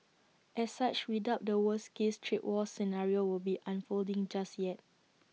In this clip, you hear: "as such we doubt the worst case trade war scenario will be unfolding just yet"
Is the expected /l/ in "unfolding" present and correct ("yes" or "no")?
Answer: yes